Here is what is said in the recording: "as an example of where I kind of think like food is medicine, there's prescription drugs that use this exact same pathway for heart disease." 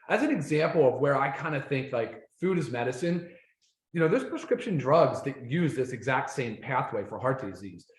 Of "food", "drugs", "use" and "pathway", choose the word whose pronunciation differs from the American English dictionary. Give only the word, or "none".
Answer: none